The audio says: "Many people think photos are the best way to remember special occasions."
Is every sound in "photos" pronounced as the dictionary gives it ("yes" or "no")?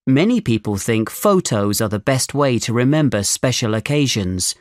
yes